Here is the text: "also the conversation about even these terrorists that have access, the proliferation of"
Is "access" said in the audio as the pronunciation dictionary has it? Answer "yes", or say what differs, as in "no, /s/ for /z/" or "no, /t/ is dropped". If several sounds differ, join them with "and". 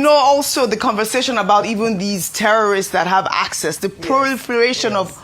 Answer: yes